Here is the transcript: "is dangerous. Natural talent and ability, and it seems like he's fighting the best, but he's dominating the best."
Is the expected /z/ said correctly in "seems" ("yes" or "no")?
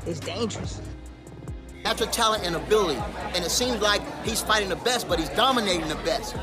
yes